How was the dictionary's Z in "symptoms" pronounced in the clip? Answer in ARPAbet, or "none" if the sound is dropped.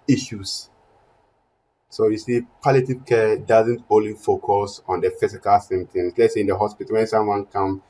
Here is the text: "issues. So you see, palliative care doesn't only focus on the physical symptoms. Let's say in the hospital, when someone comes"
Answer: S